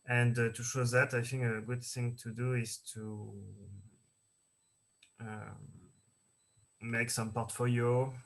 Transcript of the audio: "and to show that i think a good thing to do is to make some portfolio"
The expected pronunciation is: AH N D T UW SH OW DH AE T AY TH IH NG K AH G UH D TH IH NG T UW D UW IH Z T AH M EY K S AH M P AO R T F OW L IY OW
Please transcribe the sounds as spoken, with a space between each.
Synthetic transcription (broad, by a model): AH N D T UW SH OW DH AE T AY TH IH NG K AH G UH D TH IH NG T UW D UW IH Z T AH M EY K S AH M P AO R T F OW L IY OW